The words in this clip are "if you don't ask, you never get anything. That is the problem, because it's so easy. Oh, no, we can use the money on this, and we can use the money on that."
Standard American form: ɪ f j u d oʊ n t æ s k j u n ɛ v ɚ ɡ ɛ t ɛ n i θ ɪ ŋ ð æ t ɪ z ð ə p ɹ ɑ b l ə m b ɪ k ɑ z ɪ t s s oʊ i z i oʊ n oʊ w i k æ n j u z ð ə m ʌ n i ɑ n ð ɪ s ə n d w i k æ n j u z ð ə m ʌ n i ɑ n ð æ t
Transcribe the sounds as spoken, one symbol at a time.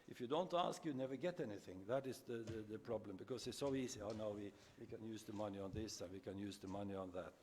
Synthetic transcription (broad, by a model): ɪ f j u d oʊ n t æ s k j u n ɛ v ɚ ɡ ɛ t ɛ n i θ ɪ ŋ ð æ t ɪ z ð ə p ɹ ɑ b l ə m b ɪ k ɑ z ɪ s s oʊ i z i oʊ n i w i k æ n j u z ð ə m ʌ n i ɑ n ð ɪ s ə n w i k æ n j u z ð ə m ʌ n i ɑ n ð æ t